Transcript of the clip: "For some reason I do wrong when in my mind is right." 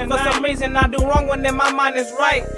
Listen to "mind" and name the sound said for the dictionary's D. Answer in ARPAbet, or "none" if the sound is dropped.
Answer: none